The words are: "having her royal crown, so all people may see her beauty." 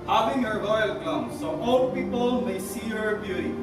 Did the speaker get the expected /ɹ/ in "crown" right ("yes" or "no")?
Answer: no